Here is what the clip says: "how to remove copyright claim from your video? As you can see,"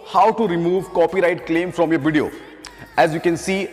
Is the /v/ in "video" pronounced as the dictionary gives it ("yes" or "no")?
yes